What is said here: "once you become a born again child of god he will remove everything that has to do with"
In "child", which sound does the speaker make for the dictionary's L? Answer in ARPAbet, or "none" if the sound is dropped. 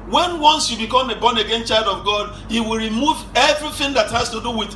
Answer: L